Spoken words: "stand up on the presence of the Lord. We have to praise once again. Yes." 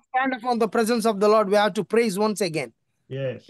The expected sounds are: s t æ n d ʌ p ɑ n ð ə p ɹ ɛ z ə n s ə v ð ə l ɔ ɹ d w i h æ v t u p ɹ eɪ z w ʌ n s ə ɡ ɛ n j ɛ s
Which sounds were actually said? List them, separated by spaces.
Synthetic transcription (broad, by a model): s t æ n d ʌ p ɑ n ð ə p ɹ ɛ z ə n s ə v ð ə l ɔ ɹ d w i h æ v t u p ɹ eɪ z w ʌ n s ə ɡ ɛ n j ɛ